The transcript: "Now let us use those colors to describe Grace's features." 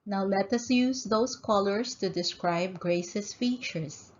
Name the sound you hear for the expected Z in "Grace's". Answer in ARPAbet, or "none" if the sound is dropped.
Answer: S